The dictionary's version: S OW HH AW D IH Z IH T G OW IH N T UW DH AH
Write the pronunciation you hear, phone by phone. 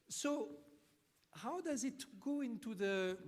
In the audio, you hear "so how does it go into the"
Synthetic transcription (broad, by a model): S OW HH AW D IH Z IH T G OW IH N T UW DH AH